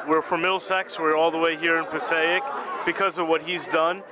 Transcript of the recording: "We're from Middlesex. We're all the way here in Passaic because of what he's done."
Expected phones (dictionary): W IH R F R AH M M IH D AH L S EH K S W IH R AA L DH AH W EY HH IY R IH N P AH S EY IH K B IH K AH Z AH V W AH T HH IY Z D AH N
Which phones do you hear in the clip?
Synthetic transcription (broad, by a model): W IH R F R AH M M IH L S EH K S W IH R AA L DH AH W EY HH IY R IH N P AH S EY IH K B IH K AH Z AH V W AH T HH IY Z D AH N